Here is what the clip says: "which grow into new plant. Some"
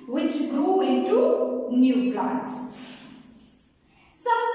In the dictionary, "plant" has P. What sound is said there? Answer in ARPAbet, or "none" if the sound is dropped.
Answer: B